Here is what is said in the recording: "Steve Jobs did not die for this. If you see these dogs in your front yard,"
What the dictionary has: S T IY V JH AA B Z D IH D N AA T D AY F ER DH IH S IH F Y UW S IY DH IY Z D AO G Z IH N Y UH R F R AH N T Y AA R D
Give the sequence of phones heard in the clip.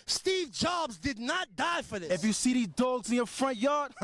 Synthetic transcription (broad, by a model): S T IY V JH AA B Z D IH D N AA T D AY F ER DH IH IH F Y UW S IY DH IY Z D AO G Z IH N Y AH R F R AH N T Y AA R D